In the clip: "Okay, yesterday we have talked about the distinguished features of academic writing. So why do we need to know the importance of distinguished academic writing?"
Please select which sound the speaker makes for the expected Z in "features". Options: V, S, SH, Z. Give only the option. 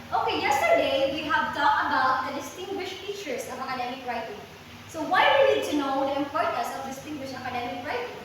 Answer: S